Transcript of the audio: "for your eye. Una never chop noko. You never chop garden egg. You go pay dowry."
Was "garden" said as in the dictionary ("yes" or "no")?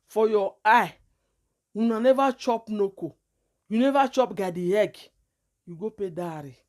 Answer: no